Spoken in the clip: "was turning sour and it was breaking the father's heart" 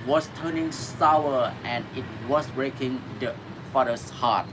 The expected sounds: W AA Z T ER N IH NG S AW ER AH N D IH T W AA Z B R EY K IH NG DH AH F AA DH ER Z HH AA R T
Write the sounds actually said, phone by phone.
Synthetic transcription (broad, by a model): W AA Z T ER N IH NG S AW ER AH N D IH T W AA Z B R EY K IH NG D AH F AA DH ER S HH AA T